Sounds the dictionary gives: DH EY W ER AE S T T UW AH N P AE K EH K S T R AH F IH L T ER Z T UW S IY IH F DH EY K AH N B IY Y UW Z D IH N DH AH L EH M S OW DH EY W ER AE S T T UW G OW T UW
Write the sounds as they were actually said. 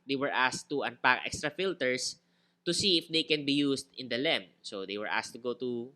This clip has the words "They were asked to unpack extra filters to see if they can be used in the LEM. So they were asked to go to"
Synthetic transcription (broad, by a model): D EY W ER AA S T T UW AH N P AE K EH K S T R AH F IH L T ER S T UW S IY IH F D EY K AH N B IY Y UW S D IH N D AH L EH M S OW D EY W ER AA S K T UW G OW T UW